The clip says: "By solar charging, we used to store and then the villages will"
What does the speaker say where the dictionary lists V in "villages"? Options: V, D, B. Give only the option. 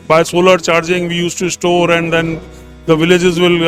V